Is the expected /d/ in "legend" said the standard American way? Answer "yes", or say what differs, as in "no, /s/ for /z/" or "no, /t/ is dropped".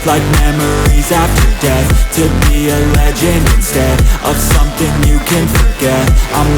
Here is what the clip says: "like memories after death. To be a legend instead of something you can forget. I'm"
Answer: no, /d/ is dropped